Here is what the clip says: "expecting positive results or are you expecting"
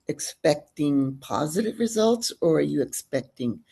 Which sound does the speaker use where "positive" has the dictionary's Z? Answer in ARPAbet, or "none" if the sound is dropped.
Z